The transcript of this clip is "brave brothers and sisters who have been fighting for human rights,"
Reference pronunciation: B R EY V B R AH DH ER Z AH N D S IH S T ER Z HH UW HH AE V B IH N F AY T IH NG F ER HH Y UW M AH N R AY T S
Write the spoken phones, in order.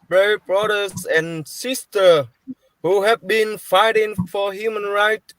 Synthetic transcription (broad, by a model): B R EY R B R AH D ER S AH N S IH S T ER HH UW HH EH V B IH N F AY T IH NG F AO HH Y UW M AH N R AY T